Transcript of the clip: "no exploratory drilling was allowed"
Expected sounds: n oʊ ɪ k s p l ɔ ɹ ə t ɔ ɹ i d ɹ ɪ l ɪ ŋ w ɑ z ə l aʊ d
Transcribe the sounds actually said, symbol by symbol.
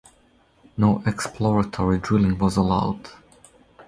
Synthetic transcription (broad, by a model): n oʊ ɪ k s p l ɔ ɹ ə t ɔ ɹ i d ɹ ɪ l ɪ ŋ w ɑ z ə l aʊ d